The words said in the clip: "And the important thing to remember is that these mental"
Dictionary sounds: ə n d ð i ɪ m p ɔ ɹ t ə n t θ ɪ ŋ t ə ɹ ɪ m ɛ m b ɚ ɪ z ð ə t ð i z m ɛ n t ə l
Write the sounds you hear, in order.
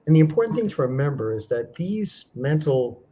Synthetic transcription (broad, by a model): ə n ð i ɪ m p ɔ ɹ t n θ ɪ ŋ t ə ɹ ɪ m ɛ m b ɚ ɪ z ð ə t ð i z m ɛ n t l